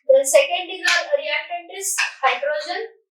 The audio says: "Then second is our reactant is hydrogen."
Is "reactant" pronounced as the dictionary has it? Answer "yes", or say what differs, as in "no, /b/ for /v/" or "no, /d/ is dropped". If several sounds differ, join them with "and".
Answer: no, /k/ is dropped